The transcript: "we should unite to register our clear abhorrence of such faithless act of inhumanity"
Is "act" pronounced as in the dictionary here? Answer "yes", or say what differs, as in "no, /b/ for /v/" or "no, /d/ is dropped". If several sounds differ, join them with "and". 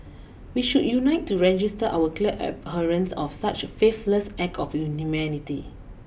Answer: no, /t/ is dropped